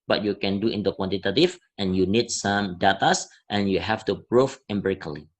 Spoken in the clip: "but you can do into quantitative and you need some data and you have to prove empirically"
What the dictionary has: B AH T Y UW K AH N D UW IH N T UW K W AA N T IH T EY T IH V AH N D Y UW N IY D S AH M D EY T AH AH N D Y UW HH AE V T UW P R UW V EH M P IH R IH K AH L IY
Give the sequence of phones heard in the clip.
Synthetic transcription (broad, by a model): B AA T Y UW K AH N D UW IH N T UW K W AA N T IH T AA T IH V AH N Y UW N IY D S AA M D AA T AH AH N Y UW HH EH F T UW B R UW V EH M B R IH K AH L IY